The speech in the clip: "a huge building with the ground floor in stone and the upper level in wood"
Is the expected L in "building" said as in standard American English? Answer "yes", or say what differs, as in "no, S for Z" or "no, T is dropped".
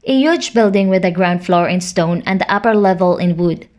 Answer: yes